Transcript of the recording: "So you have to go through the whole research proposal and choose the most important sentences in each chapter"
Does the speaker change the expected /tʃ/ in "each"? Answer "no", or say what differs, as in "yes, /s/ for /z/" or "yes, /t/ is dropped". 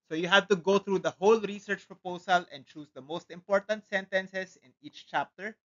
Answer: no